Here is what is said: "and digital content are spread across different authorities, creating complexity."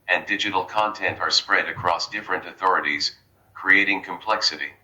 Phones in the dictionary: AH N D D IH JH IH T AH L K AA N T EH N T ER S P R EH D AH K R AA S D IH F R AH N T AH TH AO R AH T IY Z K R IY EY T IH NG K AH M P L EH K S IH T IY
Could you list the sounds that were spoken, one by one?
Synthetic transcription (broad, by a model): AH N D D IH JH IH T L K AA N T EH N T ER S P R EH D AH K R AA S D IH F R AH N T AH TH AO R AH T IY Z K R IY EY T IH NG K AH M P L EH K S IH T IY